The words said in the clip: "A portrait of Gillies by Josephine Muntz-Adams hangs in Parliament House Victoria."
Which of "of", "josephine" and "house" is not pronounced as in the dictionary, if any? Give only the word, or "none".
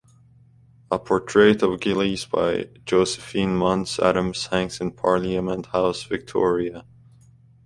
none